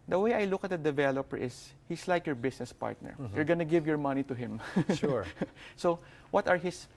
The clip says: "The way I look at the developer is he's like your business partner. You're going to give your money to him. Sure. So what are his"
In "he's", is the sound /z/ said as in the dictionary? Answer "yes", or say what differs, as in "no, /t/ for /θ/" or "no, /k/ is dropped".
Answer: no, /s/ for /z/